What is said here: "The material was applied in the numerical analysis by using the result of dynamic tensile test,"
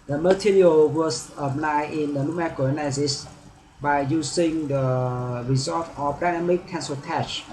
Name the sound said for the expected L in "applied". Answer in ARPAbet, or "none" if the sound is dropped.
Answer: N